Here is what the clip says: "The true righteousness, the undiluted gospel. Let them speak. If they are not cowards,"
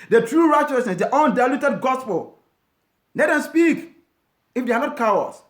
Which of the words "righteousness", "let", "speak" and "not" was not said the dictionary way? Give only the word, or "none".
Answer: let